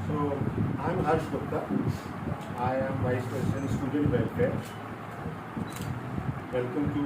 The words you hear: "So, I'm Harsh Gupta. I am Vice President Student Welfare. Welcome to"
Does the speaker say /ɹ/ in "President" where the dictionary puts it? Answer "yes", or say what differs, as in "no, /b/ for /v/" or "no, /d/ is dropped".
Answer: no, /ɹ/ is dropped